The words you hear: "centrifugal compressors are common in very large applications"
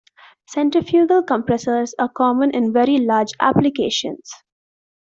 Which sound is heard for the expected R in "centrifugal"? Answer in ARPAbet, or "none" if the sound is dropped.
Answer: none